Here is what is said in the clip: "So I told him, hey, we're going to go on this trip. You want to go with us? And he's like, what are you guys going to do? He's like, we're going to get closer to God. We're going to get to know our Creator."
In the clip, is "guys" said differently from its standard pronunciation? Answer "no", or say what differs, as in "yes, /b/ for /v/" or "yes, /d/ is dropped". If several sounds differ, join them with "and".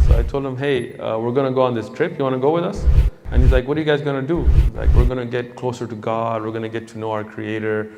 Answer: no